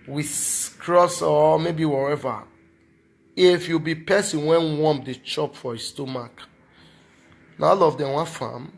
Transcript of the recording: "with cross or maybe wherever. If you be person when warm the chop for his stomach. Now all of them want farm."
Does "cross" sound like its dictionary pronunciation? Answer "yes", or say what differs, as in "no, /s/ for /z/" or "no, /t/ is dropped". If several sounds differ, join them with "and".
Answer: yes